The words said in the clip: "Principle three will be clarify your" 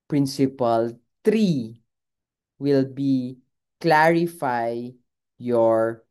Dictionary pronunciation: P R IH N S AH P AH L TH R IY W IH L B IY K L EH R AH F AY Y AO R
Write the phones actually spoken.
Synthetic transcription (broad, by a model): P R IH N S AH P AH L T R IY W IH L B IY K L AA R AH F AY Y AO R